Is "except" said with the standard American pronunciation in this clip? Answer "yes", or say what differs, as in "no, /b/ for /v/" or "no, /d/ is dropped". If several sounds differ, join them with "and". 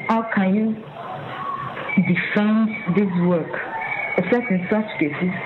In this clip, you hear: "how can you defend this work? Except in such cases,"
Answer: no, /k/ is dropped and /p/ is dropped